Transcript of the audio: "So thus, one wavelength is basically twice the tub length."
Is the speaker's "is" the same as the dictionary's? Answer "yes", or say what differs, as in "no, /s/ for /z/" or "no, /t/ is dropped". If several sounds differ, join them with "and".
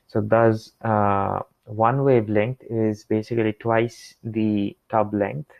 yes